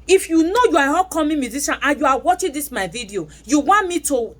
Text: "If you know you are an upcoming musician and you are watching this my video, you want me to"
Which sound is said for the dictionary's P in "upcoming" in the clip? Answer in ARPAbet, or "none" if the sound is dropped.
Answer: none